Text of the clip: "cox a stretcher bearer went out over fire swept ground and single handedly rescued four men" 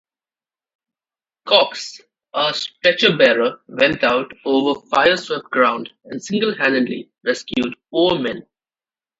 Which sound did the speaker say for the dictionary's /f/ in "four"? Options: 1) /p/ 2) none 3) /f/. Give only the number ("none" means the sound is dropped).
1